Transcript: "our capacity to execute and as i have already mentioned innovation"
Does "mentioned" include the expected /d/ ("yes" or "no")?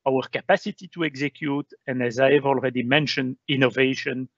yes